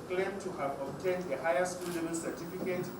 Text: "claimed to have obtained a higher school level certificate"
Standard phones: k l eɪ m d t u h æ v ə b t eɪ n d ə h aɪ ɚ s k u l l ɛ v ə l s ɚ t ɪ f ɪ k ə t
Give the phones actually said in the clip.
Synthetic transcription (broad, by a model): k l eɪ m t u h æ v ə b t eɪ n d ə h aɪ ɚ s k u l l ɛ b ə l s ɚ t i f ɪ k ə t